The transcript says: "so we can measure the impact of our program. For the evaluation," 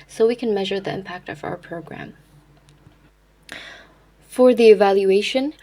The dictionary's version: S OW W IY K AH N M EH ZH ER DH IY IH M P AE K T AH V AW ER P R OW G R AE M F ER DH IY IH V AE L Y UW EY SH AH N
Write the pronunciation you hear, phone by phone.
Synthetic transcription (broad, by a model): S OW W IY K AH N M EH ZH ER DH IY IH M P AE K T AH V AW ER P R OW G R AE M F ER DH IY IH V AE L Y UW EY SH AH N